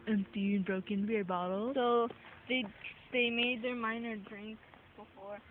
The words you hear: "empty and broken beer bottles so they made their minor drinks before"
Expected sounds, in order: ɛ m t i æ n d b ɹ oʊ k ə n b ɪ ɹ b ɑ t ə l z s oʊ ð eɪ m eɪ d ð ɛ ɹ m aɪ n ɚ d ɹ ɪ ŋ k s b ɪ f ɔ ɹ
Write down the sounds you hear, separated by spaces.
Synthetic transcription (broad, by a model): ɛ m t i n b ɹ oʊ k ə n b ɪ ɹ b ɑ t l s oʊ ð eɪ m eɪ d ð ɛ ɹ m aɪ n ɚ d ɹ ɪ ŋ k b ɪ f ɔ ɹ